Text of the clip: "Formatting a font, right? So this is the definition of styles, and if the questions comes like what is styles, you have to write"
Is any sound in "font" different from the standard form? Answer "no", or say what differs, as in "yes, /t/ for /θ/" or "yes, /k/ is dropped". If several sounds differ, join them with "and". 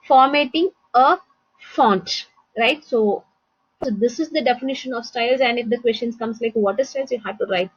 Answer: no